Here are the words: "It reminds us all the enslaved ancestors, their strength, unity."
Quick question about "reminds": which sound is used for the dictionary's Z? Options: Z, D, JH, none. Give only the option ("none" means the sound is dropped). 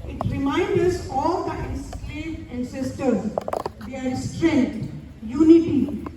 none